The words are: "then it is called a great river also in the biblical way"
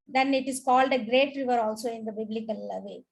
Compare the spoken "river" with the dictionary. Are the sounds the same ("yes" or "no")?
yes